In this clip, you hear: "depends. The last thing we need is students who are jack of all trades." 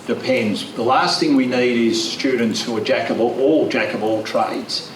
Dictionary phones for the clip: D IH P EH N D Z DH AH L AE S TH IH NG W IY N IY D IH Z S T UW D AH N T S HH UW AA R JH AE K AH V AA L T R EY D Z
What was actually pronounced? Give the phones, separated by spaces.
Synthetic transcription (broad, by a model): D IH P EH N D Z DH AH L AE S TH IH NG W IY N IY D IH Z S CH UW D N T S HH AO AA L JH AE K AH B AA L T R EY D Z